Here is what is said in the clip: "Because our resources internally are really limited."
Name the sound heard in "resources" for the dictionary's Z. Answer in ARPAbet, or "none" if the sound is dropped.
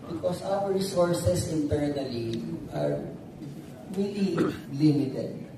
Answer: S